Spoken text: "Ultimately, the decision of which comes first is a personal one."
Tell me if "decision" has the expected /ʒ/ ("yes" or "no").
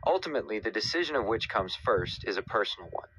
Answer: yes